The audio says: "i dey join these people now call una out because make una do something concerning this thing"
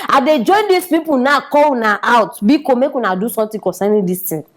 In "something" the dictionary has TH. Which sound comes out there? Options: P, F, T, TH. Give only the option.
T